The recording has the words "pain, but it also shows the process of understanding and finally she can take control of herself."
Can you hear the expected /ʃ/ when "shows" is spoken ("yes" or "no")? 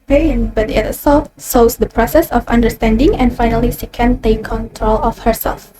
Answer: no